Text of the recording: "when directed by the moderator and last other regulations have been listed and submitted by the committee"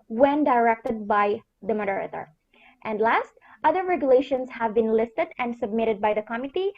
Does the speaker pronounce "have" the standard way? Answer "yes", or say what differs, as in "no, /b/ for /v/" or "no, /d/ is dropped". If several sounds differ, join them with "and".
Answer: yes